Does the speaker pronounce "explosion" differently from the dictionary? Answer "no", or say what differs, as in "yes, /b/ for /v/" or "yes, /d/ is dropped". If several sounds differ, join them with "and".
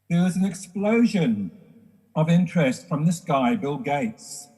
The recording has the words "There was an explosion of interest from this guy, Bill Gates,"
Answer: no